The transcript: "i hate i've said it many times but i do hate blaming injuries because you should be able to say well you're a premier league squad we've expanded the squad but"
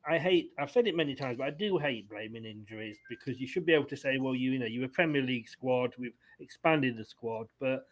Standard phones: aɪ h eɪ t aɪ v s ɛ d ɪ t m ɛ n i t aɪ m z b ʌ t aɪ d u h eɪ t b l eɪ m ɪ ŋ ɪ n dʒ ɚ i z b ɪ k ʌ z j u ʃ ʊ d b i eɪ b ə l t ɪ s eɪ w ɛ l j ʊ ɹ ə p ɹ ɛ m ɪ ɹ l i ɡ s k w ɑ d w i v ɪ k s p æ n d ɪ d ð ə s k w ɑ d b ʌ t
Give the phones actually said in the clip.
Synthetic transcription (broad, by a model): aɪ h eɪ t aɪ v s ɛ d ɪ t m ɛ n i t aɪ m z b ʌ t aɪ d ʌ h eɪ t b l eɪ m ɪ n ɪ n dʒ ɚ i z b ɪ k ʌ z j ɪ ʃ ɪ d b i eɪ b l t ɪ s eɪ w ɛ l j ʊ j ə p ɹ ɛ m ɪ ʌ l i ɡ s k w ɑ d w i v ɪ k s p æ n d ɪ d ð ə s k w ɑ d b ʌ t